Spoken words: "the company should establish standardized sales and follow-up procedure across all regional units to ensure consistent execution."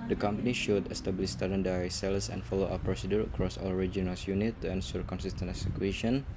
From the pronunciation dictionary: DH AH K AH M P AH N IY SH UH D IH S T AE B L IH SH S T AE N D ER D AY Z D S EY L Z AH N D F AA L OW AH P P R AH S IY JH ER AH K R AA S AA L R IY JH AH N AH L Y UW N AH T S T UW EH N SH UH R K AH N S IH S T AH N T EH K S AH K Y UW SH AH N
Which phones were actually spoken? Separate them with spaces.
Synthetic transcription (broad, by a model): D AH K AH M P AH N IY SH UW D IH S T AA B L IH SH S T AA D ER D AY S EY L S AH N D F AA L OW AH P P R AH S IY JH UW AH K R AA S AA L R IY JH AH N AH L Y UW N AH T T UW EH N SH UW R K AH N S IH S T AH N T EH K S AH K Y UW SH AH N